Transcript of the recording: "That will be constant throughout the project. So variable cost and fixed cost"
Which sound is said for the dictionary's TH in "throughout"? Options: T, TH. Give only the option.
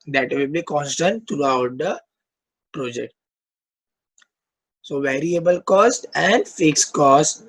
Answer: T